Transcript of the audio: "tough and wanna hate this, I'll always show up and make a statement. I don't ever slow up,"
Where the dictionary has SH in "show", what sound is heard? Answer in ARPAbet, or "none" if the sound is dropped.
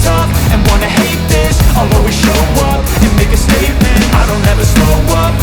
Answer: SH